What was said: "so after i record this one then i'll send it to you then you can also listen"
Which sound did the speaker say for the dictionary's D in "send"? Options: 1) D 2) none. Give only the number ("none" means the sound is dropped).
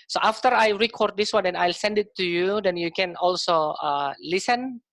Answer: 1